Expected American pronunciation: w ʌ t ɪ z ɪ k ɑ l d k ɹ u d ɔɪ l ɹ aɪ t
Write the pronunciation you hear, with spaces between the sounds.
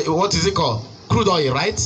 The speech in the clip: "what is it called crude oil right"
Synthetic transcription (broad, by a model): w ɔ t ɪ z ɪ k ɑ l k ɹ u d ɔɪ ɹ aɪ t